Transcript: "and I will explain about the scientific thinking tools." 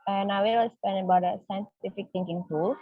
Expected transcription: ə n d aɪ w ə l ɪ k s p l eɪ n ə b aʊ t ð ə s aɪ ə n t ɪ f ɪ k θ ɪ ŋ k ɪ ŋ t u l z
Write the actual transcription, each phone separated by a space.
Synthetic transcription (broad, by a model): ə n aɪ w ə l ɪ s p eɪ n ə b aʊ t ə s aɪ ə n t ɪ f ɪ k t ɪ ŋ k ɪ ŋ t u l